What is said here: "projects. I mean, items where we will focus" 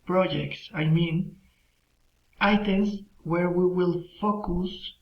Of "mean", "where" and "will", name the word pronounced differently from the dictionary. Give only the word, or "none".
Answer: none